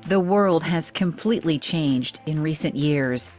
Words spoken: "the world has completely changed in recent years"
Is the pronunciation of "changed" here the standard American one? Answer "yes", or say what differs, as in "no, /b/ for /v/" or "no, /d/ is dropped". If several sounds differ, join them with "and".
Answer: yes